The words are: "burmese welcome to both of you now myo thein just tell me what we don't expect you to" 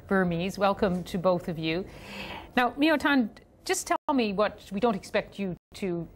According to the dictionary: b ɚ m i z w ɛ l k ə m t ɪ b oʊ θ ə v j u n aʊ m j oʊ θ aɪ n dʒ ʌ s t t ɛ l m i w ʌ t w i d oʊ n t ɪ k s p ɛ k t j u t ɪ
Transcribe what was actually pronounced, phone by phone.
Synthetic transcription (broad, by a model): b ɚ m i z w ɛ l k ə m t ɪ b oʊ θ ə v j u n aʊ m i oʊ t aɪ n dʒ ʌ s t t ɛ l m i w ʌ t w i d oʊ n t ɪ k s p ɛ k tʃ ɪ t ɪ